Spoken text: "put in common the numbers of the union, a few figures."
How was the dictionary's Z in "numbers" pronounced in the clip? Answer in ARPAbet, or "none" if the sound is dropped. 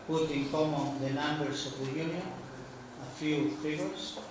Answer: S